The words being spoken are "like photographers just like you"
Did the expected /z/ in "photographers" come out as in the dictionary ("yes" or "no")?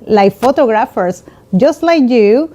no